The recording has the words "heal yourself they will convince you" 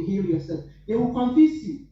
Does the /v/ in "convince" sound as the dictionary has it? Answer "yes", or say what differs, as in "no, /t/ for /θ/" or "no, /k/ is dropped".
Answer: no, /f/ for /v/